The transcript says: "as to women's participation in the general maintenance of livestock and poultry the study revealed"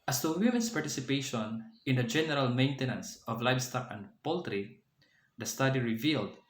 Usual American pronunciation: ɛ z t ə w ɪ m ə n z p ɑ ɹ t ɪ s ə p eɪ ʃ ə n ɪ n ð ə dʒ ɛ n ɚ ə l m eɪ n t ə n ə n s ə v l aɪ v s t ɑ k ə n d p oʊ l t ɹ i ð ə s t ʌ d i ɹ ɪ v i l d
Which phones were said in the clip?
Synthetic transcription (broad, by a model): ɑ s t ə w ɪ m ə n s p ɑ ɹ t ɪ s ə p eɪ ʃ ə n ɪ n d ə dʒ ɛ n ɚ ə l m eɪ n t ə n ə n s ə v l aɪ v s t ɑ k ə n d p oʊ l t ɹ i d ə s t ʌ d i ɹ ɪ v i l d